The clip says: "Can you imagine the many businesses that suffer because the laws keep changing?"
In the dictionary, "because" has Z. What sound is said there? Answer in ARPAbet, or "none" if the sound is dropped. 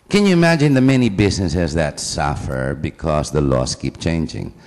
S